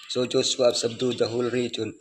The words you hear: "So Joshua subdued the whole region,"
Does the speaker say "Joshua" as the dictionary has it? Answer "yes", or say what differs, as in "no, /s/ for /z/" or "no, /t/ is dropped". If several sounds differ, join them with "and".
no, /s/ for /ʃ/